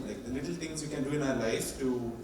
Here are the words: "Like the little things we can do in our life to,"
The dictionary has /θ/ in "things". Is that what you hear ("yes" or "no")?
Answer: no